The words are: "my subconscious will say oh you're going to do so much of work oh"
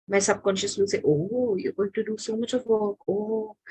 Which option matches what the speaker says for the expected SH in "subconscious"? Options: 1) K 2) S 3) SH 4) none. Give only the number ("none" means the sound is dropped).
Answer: 3